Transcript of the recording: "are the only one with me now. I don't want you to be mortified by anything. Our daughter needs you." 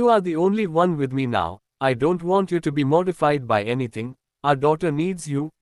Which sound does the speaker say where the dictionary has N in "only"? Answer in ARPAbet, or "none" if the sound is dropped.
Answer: N